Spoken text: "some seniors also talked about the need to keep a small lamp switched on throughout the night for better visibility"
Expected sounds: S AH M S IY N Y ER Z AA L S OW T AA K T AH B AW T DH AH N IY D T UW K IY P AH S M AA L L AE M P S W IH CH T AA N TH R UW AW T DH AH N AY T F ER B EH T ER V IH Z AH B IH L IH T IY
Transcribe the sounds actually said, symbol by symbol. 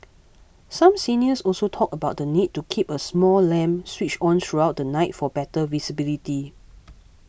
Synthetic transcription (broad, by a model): S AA M S IY N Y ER S AA L S OW T AA K AH B AW T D AH N IY D T UW K IY P AH S M AA L L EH M S W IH CH AA N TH R UW AW T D AH N AY T F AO B EH T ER V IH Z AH B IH L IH T IY